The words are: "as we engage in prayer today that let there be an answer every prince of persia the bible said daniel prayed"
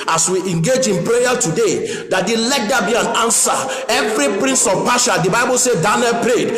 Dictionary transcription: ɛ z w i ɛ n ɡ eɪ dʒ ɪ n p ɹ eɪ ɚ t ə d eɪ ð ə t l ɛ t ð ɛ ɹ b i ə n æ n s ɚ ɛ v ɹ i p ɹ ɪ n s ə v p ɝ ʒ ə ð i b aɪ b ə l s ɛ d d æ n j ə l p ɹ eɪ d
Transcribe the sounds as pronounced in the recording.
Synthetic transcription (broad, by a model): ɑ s w i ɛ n ɡ eɪ dʒ ɪ n p ɹ eɪ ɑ t ə d eɪ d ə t l ɛ t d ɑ b i ə n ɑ n s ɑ ɛ v ɹ i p ɹ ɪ n s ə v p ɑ ʃ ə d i b aɪ b ə l s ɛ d d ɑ n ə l p ɹ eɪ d